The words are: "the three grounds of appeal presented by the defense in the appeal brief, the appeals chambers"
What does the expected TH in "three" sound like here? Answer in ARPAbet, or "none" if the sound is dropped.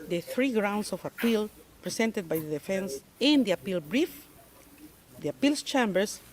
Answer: TH